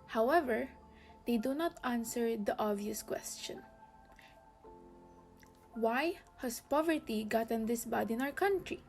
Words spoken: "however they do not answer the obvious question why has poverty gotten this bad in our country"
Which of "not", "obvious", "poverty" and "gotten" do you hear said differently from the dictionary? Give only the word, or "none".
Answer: obvious